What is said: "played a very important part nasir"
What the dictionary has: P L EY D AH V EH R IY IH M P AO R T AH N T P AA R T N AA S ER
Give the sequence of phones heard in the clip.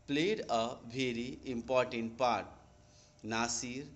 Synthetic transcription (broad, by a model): P L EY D AH B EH R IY IH M P AO R T AH N T P AA R T N AA S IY